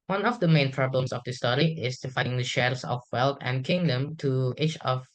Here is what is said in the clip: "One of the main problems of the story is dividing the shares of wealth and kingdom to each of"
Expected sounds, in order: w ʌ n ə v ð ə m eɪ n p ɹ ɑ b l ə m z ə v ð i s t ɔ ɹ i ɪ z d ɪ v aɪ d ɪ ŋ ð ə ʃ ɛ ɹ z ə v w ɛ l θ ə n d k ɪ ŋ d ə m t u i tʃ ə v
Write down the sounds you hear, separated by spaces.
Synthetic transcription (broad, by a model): w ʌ n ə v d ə m eɪ n p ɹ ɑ b l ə m s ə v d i s t ɔ ɹ i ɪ s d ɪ f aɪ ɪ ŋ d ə ʃ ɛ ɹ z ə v w ɛ l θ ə n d k ɪ ŋ d ə m t u i tʃ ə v